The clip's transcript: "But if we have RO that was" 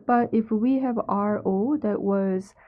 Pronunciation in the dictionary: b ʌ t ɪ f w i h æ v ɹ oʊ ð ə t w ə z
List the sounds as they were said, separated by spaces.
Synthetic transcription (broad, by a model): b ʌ t ɪ f w i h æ v ɹ oʊ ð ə t w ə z